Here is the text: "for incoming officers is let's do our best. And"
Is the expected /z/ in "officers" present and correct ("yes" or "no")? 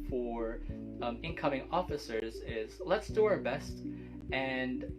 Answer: yes